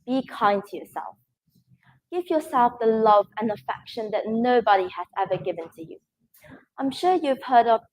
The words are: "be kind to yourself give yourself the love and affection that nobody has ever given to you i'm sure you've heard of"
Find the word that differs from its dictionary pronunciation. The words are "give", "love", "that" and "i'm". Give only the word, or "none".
none